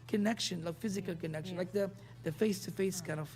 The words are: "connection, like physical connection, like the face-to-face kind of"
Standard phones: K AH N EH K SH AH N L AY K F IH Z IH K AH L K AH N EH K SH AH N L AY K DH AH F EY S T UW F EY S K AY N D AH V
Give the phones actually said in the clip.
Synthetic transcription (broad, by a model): K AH N EH K SH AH N L AY K F IH Z IH K AH L K AH N EH K SH AH N L AY K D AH F EY S T UW F EY S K AY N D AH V